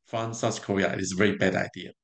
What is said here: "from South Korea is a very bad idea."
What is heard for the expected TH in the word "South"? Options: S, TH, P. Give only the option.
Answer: S